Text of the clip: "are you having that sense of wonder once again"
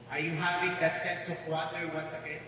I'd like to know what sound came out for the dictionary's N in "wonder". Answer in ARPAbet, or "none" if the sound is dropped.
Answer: none